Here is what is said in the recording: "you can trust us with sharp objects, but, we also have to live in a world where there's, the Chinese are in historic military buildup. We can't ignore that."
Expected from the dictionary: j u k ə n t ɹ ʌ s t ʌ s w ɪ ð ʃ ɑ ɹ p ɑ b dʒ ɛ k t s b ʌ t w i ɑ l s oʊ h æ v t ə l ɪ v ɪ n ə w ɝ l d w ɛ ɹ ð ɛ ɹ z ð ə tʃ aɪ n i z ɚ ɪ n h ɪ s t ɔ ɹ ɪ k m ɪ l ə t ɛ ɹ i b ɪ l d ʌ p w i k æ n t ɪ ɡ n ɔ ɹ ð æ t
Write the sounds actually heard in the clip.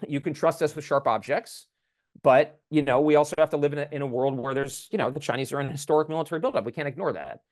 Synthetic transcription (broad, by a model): j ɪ k ə n t ɹ ʌ s t ʌ s w ɪ ð ʃ ɑ ɹ p ɑ b dʒ ɛ k t s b ʌ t w i ɑ l s oʊ h æ f t ə l ɪ v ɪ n ə w ɝ l d w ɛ ɹ ð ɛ ɹ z ð ə tʃ aɪ n i z ɚ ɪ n h ɪ s t ɔ ɹ ɪ k m ɪ l ə t ɛ ɹ i b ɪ l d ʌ p w i k æ n t ɪ ɡ n ɔ ɹ ð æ t